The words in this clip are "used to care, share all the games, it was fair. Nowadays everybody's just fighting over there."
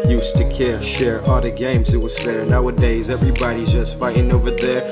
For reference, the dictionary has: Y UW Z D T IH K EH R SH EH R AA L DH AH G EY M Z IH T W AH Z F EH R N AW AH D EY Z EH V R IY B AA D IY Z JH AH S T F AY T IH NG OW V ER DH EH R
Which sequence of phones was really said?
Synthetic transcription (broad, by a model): Y UW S T IH K EH R SH EH R AA L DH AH G EY M Z IH T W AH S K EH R N AW AH D EY Z EH V R IY B AA D IY Z JH AH S T F AY T IH NG OW V ER DH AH R